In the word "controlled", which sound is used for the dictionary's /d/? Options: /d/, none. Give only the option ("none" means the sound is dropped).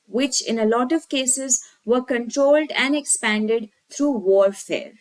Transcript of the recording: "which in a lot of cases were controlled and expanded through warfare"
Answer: /d/